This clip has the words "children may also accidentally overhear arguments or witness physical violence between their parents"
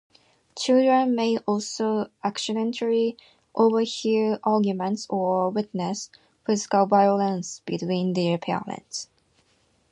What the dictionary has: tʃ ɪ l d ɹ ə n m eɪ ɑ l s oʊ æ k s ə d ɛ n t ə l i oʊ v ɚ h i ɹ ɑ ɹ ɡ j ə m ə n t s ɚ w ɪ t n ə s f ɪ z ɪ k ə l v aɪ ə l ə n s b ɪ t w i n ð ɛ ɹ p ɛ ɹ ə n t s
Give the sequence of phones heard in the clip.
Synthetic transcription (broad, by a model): tʃ ɪ l d ɹ ə n m eɪ ɑ l s oʊ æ k s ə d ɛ n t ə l i oʊ v ɚ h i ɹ ɑ ɹ ɡ j ə m ə n t s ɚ w ɪ t n ə s f ɪ z ɪ k ə l v aɪ ə l ə n s b ɪ t w i n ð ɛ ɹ p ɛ l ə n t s